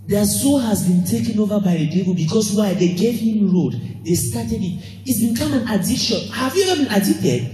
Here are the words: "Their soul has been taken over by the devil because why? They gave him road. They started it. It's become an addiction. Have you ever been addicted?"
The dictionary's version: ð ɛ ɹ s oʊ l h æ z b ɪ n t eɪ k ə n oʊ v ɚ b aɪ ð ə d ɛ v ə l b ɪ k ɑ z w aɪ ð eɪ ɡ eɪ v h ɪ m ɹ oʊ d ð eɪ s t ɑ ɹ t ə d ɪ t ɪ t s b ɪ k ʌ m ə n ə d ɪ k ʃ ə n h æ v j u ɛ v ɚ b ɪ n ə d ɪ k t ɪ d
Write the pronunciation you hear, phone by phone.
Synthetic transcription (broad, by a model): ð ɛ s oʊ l h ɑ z b ɪ n t eɪ k ə n oʊ v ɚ b aɪ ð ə d ɛ v ə l b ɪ k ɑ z w aɪ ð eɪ ɡ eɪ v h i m ɹ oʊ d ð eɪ s t ɑ t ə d ɪ t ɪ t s b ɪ k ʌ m ə n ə d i ʃ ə n h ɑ v j u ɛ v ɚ b ɪ n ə d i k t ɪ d